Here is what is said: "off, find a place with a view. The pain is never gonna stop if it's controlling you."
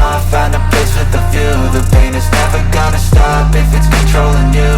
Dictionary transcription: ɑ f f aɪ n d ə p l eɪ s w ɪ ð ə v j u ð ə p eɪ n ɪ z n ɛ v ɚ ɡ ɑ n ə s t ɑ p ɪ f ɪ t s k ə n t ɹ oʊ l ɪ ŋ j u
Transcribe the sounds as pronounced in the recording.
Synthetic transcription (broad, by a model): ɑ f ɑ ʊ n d ə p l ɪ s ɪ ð ə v j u ð ə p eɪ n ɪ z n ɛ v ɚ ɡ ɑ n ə s t ɑ p ɪ f ɪ t s k ə n t ɹ oʊ l ɪ ŋ j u